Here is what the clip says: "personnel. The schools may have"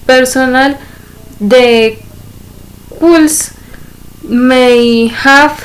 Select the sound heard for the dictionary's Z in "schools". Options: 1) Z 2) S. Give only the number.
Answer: 2